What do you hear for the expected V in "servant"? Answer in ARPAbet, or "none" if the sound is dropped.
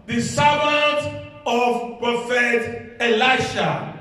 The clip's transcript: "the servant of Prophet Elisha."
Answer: B